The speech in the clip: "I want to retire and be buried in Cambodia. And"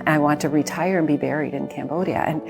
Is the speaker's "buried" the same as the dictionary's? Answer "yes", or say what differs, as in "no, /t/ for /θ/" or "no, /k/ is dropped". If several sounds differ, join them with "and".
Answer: yes